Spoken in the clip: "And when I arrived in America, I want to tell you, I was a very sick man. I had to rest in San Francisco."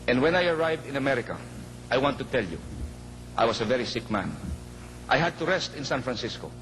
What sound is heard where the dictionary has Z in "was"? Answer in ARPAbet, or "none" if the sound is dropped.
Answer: S